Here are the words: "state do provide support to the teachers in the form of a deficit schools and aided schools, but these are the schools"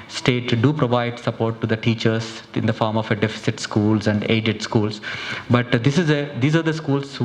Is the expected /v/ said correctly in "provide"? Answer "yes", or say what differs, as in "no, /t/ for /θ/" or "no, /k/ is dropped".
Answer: yes